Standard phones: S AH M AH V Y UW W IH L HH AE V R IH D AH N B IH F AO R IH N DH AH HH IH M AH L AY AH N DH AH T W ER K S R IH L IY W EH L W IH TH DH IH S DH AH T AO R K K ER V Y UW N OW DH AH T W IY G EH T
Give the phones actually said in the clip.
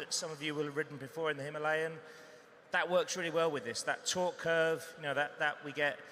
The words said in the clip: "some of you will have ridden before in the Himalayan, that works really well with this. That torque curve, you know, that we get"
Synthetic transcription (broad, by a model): S AH M AH V Y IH W IH L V R IH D N B IH F AO R IH N DH AH HH IH M AH L AY AH N DH AH T W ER K S R IH L IY W EH L W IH DH IH S DH AH T AO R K K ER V Y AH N OW DH AH T W IY G EH T